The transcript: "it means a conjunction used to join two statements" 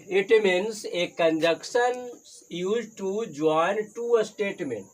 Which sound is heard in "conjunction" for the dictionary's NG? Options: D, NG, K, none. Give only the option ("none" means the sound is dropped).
none